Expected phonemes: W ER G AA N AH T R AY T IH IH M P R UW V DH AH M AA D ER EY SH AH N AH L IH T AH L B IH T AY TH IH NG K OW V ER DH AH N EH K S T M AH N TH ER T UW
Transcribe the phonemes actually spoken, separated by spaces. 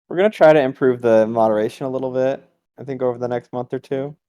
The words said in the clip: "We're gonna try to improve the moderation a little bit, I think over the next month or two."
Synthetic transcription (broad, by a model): W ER G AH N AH T R AY T IH IH M P R UW V DH AH M AA D ER EY SH AH N AH L IH T L B IH T AY TH IH NG K OW V ER DH AH N EH K S T M AH N TH ER T UW